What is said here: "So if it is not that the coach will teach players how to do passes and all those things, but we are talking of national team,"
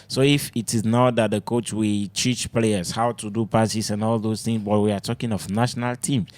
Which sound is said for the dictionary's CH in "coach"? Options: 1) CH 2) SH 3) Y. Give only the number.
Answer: 1